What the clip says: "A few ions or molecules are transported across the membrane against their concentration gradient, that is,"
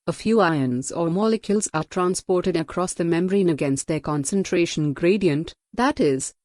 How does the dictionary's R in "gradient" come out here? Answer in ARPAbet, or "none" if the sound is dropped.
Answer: R